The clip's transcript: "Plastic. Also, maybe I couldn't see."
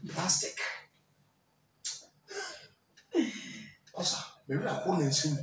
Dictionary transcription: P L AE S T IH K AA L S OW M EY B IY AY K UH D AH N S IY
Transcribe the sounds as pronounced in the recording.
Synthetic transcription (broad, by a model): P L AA S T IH K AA S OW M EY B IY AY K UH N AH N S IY